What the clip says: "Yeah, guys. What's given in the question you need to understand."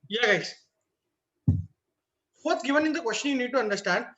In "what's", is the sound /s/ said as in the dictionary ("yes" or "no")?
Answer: no